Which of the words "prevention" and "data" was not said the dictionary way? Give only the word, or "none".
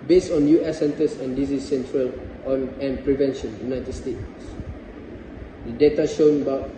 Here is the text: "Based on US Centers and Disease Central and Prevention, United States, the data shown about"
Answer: none